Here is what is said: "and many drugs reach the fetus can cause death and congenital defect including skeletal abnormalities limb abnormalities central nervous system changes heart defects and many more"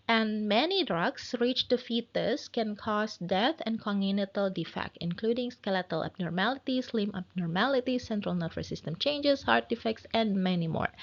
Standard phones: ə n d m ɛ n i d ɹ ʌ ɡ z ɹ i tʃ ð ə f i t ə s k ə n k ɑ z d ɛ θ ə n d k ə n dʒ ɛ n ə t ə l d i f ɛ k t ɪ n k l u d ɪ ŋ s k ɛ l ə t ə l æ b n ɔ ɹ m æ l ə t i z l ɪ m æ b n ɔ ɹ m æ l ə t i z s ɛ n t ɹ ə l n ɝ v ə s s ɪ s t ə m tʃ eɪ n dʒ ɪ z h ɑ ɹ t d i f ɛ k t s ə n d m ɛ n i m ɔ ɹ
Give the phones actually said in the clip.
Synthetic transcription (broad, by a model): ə n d m ɛ n i d ɹ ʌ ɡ s ɹ i tʃ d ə f i t ə s k ə n k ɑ s d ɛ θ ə n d k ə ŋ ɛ n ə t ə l d i f ɛ k t ɪ n k l u d ɪ ŋ s k ɛ l ə t ə l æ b n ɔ ɹ m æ l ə t i s l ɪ m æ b n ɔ ɹ m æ l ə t i s ɛ n t ɹ ə l n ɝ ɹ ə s s ɪ s t ə m tʃ eɪ n dʒ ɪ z h ɑ ɹ t d i f ɛ k t s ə n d m ɛ n i m ɔ ɹ